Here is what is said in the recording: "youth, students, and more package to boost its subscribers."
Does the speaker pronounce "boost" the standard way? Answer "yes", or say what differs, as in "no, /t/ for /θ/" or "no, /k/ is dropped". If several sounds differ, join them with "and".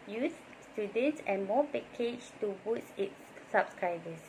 no, /t/ is dropped